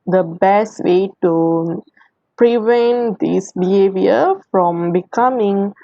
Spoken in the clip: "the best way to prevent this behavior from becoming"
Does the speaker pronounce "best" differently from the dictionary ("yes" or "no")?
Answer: no